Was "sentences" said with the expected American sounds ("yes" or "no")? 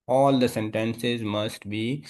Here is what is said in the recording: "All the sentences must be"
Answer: yes